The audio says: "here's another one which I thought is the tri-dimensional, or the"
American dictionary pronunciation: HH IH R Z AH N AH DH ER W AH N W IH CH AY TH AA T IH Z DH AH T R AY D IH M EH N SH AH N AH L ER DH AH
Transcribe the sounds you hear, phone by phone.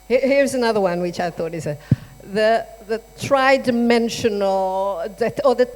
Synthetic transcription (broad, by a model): HH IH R Z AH N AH DH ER W AH N W IH CH AY TH AA T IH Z DH AH T R AY D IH M EH N SH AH N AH L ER DH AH